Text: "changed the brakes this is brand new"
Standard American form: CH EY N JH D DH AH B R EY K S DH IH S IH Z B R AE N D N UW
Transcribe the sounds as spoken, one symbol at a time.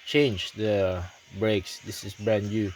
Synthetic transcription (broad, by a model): CH EY N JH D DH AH B R EY K S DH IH S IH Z B R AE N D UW